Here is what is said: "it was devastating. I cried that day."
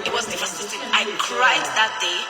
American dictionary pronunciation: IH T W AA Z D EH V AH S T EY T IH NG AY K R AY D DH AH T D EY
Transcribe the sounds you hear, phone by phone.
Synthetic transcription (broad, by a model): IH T W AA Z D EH F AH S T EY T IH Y K R AY D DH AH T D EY